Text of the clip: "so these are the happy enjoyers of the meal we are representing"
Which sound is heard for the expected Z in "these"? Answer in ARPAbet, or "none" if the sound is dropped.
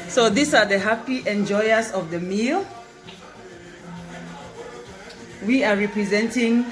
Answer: S